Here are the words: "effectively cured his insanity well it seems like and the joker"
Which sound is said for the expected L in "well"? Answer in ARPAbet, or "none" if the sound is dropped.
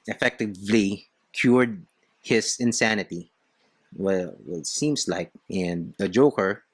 W